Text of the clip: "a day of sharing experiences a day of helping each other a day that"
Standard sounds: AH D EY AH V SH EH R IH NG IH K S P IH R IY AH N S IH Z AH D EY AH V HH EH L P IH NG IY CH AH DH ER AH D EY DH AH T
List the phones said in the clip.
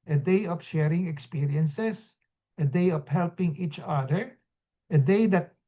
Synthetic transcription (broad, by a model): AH D EY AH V SH EH R IH NG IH K S P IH R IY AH N S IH S AH D EY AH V HH EH L P IH NG IY CH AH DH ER AH D EY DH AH T